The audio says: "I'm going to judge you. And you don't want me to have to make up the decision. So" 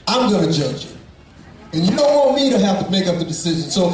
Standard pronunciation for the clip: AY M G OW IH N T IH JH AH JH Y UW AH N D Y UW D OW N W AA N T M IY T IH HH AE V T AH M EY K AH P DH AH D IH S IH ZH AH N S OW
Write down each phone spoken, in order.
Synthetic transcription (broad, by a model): AY M G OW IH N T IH JH AH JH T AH N Y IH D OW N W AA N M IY T IH HH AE F T AH M EY K AH P DH AH D IH S IH ZH AH N S OW